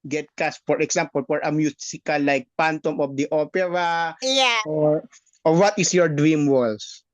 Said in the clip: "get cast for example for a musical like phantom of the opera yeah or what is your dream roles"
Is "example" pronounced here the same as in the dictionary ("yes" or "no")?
no